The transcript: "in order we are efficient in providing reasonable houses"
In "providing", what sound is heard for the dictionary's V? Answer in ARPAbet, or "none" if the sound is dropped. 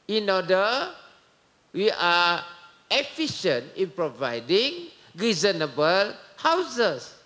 V